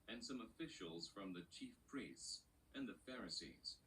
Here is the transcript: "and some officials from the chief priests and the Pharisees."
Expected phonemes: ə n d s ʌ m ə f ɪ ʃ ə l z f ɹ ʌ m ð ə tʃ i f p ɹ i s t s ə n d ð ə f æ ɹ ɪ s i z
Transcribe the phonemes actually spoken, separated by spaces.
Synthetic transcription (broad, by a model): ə n s ʌ m ə f ɪ ʃ ə l z f ɹ ʌ m ð ə tʃ i f p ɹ i s t s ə n ð ə f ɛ ɹ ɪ s i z